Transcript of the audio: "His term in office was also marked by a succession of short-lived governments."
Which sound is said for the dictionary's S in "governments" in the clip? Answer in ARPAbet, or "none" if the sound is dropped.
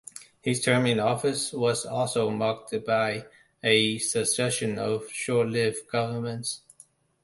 S